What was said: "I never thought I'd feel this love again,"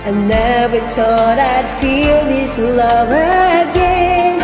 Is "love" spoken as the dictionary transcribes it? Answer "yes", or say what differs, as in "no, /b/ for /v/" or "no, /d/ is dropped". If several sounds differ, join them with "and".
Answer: yes